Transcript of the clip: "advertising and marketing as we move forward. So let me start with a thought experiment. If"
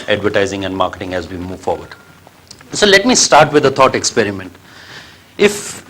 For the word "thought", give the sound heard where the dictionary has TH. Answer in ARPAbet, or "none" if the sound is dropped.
T